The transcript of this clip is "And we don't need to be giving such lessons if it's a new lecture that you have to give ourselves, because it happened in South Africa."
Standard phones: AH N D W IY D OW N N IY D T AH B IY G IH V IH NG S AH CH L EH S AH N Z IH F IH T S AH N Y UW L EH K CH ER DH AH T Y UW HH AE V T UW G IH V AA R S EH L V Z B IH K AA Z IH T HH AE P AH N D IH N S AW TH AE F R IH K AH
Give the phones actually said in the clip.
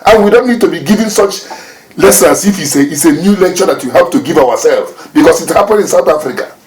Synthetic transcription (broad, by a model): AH N W IY D OW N N IY D T AH B IY G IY V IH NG S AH CH L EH S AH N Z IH F IH T S AH N Y UW L EH K CH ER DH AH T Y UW HH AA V T UW G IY V AA W S EH L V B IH K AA S IH T HH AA P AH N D IH N S AW TH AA F R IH K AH